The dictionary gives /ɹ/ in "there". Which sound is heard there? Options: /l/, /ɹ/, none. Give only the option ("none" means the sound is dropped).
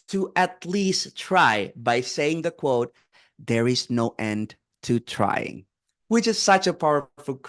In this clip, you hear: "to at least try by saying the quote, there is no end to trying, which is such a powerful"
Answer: /ɹ/